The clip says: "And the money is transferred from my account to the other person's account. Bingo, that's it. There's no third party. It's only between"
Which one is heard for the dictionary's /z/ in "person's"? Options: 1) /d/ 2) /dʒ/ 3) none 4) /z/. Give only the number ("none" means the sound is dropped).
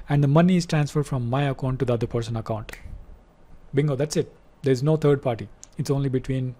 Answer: 3